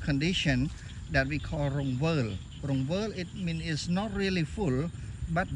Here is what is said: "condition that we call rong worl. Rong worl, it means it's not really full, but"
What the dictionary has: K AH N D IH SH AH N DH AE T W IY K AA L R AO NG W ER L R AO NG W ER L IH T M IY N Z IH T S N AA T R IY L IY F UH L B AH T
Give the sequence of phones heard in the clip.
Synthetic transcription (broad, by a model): K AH N D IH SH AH N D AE T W IY K AA L R AO NG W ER L R AO NG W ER L IH T M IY N IH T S N AA T R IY L IY F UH L B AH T